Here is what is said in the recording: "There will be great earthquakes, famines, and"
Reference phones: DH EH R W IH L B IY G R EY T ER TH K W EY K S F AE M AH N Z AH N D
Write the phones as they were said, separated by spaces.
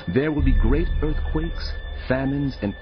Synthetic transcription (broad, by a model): DH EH R W IH L B IY G R EY T ER TH K W EY K S F AE M AH N Z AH N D